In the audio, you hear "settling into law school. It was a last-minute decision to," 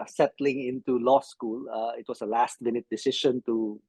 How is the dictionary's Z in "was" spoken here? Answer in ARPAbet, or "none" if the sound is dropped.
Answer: S